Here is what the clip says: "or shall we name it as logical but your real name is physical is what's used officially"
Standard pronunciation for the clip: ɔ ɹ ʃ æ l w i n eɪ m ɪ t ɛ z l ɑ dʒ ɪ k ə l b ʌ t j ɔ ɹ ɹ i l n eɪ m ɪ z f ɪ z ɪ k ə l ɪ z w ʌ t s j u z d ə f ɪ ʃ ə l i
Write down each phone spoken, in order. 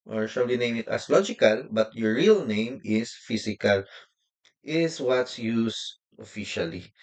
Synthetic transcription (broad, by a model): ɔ ɹ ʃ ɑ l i n eɪ m ɪ t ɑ s l ɑ dʒ ɪ k ə l b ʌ t j ɔ ɹ ɹ i l n eɪ m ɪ s f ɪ s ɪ k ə l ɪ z w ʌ t s j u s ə f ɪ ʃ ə l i